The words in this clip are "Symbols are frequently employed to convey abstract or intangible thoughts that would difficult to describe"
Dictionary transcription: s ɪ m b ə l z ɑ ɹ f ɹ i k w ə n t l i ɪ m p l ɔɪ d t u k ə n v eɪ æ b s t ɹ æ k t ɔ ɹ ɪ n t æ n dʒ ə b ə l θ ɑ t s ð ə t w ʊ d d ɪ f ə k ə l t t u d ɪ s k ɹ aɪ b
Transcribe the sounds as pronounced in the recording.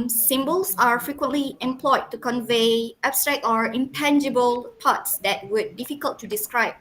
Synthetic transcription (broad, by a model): s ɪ m b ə l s ɑ ɹ f ɹ i k w ə n t l i ɪ m p l ɔɪ d t u k ə n v eɪ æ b s t ɹ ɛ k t ɔ ɹ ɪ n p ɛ n dʒ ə b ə l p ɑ t s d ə t w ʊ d d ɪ f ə k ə l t t u d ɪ s k ɹ aɪ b